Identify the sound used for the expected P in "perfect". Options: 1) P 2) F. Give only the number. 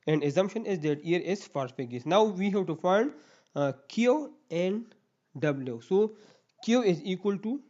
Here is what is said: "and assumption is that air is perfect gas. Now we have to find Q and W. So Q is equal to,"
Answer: 2